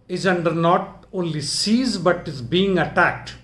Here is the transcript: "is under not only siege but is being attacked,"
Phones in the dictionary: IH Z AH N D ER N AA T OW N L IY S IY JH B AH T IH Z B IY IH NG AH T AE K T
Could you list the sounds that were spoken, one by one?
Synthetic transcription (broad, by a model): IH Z AH N D ER N AA T OW N L IY S IY Z B AH T IH Z B IY IH NG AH T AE K T